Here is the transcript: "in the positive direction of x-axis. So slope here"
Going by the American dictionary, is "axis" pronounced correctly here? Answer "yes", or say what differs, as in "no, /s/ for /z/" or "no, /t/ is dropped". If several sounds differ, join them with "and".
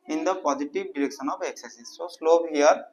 no, /k/ is dropped